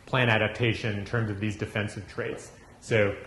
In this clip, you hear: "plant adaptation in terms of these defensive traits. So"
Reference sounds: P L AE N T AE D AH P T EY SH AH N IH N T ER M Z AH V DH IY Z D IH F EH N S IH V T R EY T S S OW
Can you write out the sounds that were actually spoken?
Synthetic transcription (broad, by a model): P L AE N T AE D AH P T EY SH AH N IH N T ER M Z AH V DH IY Z D IH F EH N S IH V T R EY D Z S OW